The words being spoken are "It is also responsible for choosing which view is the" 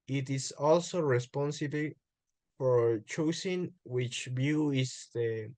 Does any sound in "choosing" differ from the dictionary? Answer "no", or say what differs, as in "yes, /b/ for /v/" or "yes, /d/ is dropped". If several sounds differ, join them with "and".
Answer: yes, /s/ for /z/